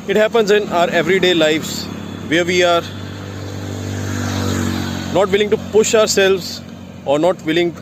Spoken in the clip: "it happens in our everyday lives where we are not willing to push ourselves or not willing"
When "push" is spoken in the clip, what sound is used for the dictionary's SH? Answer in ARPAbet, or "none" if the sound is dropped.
SH